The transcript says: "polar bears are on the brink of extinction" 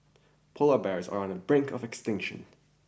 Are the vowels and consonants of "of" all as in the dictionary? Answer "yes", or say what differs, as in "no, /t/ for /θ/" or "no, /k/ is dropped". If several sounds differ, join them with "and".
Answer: yes